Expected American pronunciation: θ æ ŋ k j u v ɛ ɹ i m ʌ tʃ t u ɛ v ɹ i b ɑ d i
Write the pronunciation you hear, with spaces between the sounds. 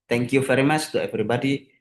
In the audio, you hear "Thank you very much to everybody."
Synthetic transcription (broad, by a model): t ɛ ŋ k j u f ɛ ɹ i m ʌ s t u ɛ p ɹ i b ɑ d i